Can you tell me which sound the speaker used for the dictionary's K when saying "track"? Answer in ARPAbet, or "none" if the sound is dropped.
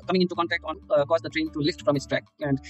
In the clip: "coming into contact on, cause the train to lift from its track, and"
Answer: K